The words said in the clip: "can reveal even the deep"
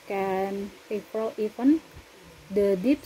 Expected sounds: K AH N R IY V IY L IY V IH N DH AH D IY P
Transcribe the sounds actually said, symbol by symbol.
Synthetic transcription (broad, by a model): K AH N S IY F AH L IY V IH N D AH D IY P